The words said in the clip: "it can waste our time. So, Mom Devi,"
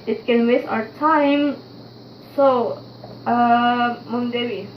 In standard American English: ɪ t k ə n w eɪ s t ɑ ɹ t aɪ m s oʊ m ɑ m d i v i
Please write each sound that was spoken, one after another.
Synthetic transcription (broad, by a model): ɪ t k ə n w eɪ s ɑ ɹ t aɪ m s oʊ m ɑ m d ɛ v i